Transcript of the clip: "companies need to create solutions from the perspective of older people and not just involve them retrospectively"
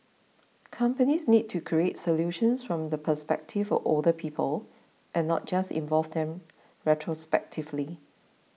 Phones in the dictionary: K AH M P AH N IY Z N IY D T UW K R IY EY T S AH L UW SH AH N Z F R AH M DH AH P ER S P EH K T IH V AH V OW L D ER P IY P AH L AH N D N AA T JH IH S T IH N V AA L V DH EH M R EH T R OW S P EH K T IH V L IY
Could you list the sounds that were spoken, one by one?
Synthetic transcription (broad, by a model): K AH M P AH N IY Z N IY D T UW K R IY EY T S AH L UW SH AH N S F R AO M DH AH P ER S P EH K T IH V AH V OW L D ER P IY P AH L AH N N AA T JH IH S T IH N V AA L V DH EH M R EH T R OW S P EH K T IH V L IY